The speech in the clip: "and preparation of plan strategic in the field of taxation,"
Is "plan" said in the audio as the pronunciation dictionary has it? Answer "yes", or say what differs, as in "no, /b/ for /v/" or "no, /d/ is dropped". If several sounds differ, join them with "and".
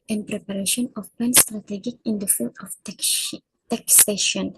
no, /l/ is dropped